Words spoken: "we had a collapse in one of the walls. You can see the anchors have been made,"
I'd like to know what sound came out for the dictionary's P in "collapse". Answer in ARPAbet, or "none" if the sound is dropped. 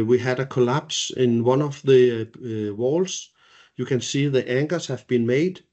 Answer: B